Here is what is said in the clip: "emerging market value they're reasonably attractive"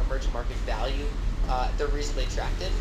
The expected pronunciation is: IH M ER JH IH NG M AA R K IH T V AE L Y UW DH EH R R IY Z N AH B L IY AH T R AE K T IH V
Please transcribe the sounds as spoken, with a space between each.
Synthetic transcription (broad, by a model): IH M ER JH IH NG M AA R K IH T V AE L Y UW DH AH R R IY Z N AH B L IY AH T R AE K T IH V